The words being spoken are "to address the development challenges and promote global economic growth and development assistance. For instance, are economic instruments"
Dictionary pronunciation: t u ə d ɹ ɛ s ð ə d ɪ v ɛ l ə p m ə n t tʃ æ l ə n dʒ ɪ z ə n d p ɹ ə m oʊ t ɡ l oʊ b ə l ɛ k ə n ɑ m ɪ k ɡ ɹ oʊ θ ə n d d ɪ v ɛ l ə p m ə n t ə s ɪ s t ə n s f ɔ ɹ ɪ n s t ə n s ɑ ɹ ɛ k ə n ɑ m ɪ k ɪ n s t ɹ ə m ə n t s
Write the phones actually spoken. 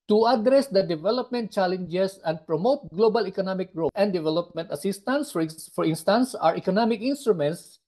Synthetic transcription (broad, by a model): t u ə d ɹ ɛ s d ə d ɪ v ɛ l ə p m ə n t tʃ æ l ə n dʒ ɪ s ə n d p ɹ ə m oʊ t ɡ l oʊ b ə l ɛ k ə n ɑ m ɪ k ɡ ɹ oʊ t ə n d d ɪ v ɛ l ə p m ə n t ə s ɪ s t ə n s f ɔ ɹ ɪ n s t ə n s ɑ ɹ ɛ k ə n ɑ m ɪ k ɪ n s t ɹ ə m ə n t s